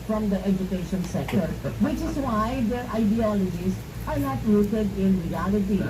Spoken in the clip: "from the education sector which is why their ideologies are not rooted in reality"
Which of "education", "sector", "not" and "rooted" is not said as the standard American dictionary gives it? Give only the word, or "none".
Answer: rooted